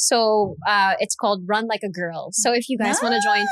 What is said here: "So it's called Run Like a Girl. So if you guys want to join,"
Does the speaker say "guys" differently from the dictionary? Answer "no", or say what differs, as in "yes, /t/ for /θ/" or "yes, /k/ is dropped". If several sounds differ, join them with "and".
no